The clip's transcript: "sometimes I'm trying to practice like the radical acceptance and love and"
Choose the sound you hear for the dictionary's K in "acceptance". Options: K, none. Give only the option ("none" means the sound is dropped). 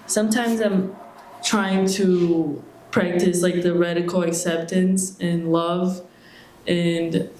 K